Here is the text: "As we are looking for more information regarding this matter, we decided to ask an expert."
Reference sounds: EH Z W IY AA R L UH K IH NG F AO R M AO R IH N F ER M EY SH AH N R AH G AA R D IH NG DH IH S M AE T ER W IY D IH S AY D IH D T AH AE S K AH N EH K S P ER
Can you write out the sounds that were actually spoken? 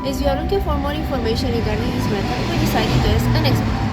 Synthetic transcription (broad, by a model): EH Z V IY AA R L UH K IH NG F AO R M AO R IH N F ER M EY SH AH N R AH G AA R D IH NG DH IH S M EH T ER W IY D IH S AY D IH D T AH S AH N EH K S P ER